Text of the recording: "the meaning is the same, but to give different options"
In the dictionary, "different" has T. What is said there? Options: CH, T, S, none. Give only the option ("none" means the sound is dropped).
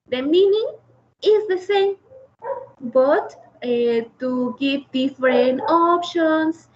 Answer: none